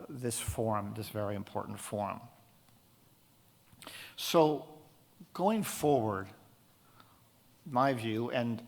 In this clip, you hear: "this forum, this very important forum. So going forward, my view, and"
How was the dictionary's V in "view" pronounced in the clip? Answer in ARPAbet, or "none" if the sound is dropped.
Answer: V